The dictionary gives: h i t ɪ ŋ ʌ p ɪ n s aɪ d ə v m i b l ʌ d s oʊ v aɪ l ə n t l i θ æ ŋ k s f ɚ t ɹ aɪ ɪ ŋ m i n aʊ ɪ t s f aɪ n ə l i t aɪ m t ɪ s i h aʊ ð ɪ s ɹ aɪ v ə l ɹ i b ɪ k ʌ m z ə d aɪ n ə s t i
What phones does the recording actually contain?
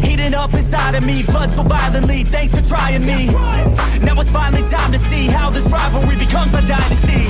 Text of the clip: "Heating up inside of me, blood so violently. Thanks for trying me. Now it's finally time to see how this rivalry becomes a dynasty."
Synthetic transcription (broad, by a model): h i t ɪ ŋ ʌ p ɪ s aɪ d ə v m i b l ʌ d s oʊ b aɪ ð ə l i θ æ ŋ k s f ɚ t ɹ aɪ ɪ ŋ m i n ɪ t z f aɪ n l i t aɪ m t ɪ s i h aʊ ð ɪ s ɹ aɪ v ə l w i b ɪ k ʌ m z ə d aɪ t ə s i